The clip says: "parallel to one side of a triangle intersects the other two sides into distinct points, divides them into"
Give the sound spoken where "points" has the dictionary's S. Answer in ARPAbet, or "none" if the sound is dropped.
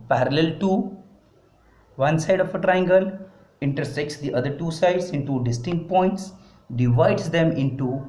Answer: S